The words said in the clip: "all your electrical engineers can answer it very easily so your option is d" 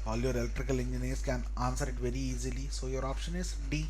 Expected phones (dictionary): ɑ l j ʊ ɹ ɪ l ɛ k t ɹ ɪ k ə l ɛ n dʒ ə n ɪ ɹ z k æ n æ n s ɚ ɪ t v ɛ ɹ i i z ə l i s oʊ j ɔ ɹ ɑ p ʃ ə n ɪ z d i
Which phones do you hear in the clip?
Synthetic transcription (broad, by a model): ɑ l j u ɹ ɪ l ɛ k t ɹ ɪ k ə l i n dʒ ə n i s k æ n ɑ n s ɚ ɪ t v ɛ ɹ i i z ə l i s oʊ j ɔ ɹ ɑ p ʃ ə n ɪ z d i